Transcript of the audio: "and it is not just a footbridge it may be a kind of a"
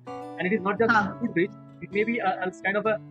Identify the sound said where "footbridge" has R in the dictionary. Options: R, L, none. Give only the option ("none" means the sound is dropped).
none